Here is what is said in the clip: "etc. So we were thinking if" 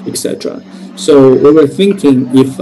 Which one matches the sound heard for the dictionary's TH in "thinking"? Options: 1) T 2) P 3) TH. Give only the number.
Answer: 3